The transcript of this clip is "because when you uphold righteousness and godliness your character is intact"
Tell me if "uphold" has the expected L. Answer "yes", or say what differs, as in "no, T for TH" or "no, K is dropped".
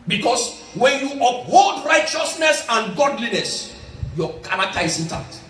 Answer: yes